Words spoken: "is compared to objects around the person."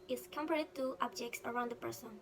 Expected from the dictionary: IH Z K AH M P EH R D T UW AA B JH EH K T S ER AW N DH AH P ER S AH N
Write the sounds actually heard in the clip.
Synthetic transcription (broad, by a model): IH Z K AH M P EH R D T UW AA B JH EH K T S ER AW N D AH P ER S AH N